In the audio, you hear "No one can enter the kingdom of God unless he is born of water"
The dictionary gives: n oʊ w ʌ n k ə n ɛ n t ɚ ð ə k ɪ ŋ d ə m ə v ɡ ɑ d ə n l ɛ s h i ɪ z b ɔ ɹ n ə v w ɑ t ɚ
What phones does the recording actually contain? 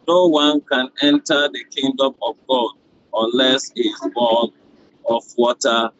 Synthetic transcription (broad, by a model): n oʊ w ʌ n k ə n ɛ n t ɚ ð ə k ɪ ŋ d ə m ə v ɡ ɑ d ə n l ɛ s h i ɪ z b ɔ n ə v w ɑ t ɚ